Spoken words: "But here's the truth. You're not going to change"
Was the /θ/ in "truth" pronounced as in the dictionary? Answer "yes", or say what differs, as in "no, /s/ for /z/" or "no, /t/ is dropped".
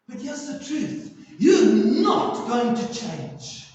yes